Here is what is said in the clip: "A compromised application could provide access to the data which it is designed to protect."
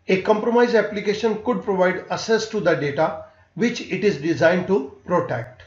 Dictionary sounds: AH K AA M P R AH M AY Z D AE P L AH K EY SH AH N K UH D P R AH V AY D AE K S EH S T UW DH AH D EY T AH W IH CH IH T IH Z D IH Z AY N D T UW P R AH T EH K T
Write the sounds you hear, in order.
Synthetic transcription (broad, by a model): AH K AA M P R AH M AY Z AE P L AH K EY SH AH N K UH D P R AH V AY D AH S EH S T UW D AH D EY T AH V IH CH IH T IH Z D IH Z AY N D T UW P R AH T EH K T